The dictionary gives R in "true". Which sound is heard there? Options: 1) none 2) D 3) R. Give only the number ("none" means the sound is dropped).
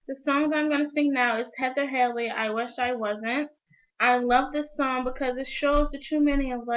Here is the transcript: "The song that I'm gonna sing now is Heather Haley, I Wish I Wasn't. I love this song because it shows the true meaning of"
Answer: 1